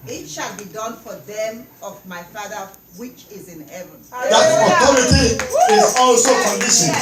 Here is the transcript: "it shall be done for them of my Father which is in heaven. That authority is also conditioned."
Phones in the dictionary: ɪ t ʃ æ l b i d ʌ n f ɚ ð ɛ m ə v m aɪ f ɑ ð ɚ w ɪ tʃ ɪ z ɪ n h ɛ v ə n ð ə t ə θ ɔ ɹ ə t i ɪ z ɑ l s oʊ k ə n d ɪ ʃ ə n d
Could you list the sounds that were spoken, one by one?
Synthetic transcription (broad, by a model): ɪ t ʃ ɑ l b i d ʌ n f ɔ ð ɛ m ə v m aɪ f ɑ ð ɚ w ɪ tʃ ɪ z ɪ n h ɛ v ə n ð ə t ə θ ɔ ɹ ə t i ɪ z ɑ l s oʊ k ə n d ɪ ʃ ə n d